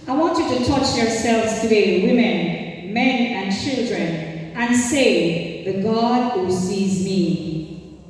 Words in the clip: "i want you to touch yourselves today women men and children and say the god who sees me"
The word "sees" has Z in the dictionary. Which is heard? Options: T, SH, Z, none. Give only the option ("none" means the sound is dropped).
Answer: Z